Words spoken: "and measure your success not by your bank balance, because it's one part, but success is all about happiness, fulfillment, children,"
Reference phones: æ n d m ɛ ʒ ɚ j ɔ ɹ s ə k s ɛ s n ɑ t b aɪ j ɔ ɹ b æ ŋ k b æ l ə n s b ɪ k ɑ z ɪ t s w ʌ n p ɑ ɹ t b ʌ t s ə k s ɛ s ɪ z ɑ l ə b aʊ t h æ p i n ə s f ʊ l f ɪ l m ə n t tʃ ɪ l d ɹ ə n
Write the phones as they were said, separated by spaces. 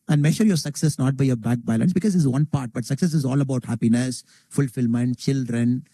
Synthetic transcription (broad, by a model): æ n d m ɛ ʃ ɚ j ɔ ɹ s ə k s ɛ s n ɑ t b aɪ j ɔ ɹ b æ k b æ l ə n s b ɪ k ɑ z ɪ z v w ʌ n p ɑ ɹ t b ʌ t s ə k s ɛ s ɪ z ɑ l ə b aʊ t h æ p i n ə s f ʊ l f ɪ l m ə n t tʃ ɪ l d ɹ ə n